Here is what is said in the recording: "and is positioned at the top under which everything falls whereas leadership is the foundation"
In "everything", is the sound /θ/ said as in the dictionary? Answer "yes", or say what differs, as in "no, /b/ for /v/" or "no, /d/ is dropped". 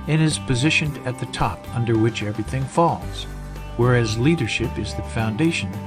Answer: yes